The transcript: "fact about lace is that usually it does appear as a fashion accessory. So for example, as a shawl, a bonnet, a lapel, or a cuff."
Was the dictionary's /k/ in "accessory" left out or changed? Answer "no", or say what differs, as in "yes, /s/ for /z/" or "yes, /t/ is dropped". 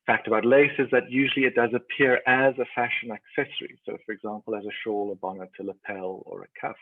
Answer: no